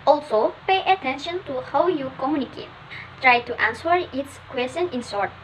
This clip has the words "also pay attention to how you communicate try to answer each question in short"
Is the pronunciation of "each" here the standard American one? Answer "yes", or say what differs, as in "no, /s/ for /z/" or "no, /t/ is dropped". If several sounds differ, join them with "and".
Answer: no, /s/ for /tʃ/